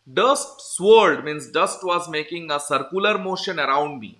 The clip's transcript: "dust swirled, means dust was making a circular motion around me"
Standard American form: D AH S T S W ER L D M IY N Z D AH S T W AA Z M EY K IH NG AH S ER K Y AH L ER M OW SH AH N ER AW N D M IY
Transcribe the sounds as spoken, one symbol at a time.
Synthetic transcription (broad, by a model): D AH S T S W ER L D M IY N S D AH S T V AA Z M EY K IH NG AH S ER K Y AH L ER M OW SH AH N ER AW N D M IY